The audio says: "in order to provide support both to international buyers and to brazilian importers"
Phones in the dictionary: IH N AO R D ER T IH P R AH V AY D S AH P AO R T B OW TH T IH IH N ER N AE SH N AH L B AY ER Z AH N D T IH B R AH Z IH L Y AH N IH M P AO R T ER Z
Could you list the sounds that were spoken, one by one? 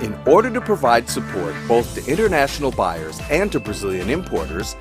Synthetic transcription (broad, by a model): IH N AO R D ER T IH P R AH V AY D S AH P AO R T B OW TH T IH IH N ER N AE SH N L B AY ER Z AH N T IH B R AH Z IH L Y AH N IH M P AO R T ER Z